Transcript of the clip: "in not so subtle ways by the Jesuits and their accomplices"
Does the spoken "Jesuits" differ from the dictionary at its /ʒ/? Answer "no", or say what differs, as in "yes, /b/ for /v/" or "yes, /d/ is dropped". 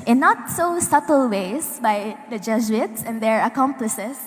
yes, /z/ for /ʒ/